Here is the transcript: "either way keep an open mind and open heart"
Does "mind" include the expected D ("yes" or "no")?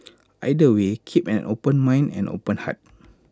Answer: no